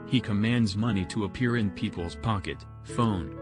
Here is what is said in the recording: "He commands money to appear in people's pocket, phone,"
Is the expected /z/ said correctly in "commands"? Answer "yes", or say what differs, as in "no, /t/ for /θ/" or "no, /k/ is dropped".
yes